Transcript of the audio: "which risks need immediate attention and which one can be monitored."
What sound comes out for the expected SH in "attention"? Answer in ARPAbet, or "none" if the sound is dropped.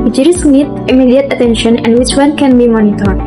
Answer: SH